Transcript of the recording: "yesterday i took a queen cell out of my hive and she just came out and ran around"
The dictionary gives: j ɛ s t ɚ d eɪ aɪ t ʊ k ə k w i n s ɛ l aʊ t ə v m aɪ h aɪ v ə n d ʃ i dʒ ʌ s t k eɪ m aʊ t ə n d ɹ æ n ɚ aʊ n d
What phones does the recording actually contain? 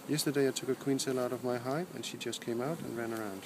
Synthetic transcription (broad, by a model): j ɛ s t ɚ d eɪ aɪ t ʊ k ə k w i n s ɛ l aʊ t ə v m aɪ h aɪ p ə n ʃ i dʒ ʌ s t k eɪ m aʊ t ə n ɹ æ n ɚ aʊ n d